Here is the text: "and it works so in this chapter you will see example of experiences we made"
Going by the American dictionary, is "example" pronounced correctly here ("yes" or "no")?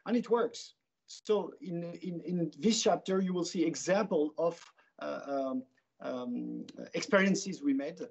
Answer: yes